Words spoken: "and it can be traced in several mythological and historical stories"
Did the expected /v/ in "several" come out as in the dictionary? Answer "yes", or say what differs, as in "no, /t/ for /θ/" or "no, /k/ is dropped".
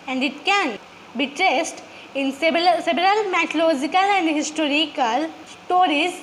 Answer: no, /b/ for /v/